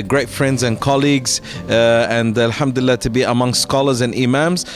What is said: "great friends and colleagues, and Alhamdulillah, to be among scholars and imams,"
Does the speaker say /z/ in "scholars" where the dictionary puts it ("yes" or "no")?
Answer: yes